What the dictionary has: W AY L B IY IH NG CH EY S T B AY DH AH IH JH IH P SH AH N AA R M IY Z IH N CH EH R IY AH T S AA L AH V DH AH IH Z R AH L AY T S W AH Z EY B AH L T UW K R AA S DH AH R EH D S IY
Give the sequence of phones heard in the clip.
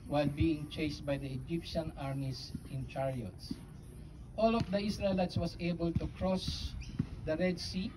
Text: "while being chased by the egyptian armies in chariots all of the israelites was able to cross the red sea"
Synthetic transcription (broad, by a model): W AY L B IY IH NG CH EY S T B AY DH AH IH JH IH P SH AH N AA R M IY S IH N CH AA R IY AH T S AA L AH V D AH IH S R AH L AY T S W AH S EY B AH L T UW K R AA S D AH R EH D S IY